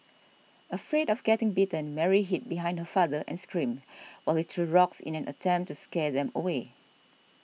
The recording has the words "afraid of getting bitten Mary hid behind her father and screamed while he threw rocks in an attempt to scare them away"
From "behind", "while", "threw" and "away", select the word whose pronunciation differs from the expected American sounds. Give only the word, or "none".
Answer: threw